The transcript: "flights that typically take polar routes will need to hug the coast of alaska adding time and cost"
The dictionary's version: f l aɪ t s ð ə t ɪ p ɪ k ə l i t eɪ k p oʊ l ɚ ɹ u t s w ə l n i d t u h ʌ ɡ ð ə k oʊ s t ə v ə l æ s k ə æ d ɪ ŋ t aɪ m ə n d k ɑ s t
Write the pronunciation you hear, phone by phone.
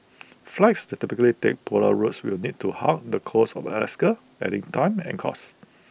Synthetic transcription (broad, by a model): f l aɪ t s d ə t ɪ p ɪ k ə l i t eɪ k p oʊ l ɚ ɹ u t s w ə l n i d t u h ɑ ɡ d ə k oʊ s ə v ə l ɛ s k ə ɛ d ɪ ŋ t aɪ m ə n k ɑ s